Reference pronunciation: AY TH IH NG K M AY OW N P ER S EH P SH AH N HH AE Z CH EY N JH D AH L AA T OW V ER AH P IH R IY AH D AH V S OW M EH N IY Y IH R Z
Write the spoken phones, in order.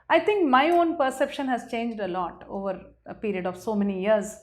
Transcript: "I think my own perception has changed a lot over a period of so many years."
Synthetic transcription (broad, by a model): AY T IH NG K M AY OW N P ER S EH P SH AH N HH AE Z CH EY N JH D AH L AA T OW V ER AH P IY R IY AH D AH V S OW M EH N IY Y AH R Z